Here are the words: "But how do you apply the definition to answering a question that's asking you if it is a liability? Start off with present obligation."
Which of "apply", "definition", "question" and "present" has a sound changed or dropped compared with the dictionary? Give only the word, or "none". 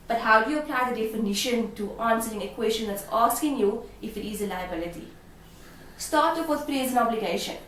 present